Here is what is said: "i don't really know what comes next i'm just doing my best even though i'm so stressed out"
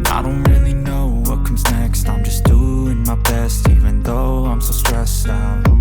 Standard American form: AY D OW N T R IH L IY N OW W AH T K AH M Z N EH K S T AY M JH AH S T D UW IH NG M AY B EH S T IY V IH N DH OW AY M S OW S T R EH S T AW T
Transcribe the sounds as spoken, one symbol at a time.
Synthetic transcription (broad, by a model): AY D OW N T R IH L IY N OW W AH T K AH M Z N EH K S T AY M JH AH S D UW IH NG M AY B EH S T IY V IH N DH OW AY M S OW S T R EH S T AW